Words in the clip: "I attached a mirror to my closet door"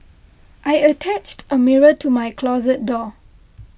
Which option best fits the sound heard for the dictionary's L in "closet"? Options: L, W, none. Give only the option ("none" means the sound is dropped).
L